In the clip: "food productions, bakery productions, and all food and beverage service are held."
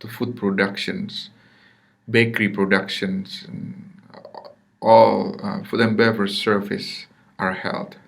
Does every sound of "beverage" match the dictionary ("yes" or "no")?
no